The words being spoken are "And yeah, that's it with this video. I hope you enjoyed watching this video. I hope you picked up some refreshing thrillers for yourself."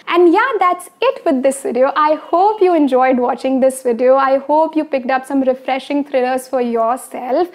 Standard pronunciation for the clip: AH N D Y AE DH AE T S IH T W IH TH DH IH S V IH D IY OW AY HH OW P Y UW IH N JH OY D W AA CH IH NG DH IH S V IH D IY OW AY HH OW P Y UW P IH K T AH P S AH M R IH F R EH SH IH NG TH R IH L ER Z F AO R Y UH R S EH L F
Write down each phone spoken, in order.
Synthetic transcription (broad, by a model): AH N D Y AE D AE T S IH T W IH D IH S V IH D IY OW AY HH OW P Y UW IH N JH OY D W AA CH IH NG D IH S V IH D IY OW AY HH OW P Y UW P IH K T AH P S AH M R IH F R EH SH IH NG T R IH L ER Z F AO R Y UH R S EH L F